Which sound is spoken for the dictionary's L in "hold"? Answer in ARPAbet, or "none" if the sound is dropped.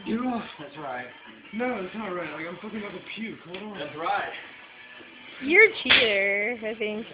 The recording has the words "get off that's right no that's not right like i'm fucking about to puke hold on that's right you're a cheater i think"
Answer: none